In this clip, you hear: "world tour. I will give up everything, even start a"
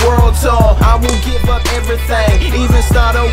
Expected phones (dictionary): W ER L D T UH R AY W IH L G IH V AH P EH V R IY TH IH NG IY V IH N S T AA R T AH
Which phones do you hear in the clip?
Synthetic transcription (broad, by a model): W ER L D S UH AY W IH L G IH V AH P EH V R IY TH IH NG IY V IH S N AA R T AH